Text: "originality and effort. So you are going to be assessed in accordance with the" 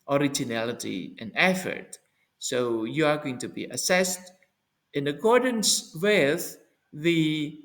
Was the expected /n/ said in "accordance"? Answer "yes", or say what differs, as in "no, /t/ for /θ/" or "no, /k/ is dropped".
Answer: yes